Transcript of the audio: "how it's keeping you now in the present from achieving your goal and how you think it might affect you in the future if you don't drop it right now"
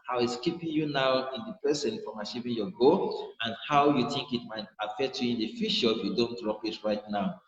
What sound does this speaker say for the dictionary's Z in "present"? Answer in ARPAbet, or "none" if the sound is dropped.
S